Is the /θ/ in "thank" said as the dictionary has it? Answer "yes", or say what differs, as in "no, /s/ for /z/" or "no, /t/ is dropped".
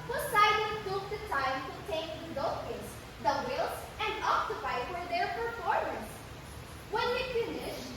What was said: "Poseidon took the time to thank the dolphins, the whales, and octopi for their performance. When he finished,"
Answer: no, /t/ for /θ/